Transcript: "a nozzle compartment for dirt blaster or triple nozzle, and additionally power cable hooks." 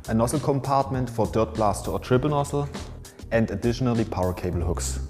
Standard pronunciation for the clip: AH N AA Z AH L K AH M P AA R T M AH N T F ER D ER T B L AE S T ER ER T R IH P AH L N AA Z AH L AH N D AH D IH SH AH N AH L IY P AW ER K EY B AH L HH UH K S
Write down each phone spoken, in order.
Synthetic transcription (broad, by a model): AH N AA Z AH L K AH M P AA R T M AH N T F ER D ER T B L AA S T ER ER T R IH B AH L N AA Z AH L AH N D AH D IH SH AH N AH L IY P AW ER K EY B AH L HH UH K S